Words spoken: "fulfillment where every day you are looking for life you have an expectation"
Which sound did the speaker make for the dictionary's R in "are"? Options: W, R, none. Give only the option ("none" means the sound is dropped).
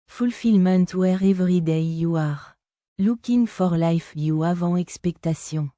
R